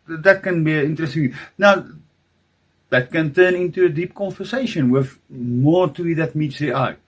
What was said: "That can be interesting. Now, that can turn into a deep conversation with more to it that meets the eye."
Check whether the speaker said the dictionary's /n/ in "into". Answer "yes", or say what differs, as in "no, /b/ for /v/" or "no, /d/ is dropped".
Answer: yes